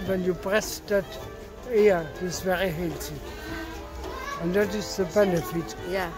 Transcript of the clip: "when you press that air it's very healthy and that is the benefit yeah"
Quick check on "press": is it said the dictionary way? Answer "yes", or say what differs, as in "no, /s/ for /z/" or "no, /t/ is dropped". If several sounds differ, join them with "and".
no, /b/ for /p/